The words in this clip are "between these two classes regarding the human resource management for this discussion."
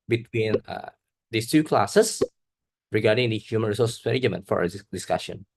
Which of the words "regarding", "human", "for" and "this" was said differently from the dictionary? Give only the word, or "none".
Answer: this